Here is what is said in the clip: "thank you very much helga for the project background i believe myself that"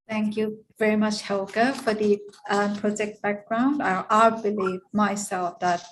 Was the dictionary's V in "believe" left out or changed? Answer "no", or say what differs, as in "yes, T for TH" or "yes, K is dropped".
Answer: no